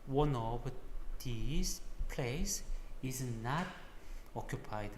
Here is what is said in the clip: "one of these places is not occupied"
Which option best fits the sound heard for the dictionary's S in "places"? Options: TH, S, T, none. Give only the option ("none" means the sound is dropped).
none